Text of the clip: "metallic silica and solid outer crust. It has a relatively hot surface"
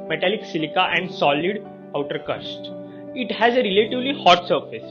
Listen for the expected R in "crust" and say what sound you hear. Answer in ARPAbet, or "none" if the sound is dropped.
none